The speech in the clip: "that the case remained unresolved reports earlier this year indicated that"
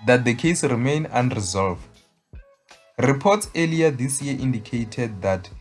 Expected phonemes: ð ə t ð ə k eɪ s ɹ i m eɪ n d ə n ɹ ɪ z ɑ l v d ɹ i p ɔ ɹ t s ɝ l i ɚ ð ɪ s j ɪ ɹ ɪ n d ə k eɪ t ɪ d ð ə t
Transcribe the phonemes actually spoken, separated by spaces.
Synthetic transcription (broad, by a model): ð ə t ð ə k eɪ s ɹ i m eɪ n ə n ɹ ɪ z ɑ l v d ɹ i p ɔ t s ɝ l i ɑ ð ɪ s j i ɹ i n d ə k eɪ t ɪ d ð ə t